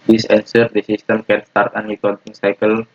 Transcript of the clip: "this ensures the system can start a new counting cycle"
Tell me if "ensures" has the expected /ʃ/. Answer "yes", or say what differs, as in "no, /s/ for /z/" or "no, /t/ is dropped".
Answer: no, /s/ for /ʃ/